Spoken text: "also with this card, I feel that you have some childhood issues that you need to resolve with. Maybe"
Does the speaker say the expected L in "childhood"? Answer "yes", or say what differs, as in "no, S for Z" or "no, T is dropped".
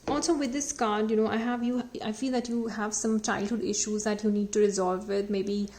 yes